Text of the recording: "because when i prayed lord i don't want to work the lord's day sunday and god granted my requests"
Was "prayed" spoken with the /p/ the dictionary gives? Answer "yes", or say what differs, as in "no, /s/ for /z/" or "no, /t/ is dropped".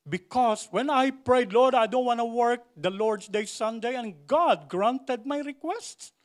yes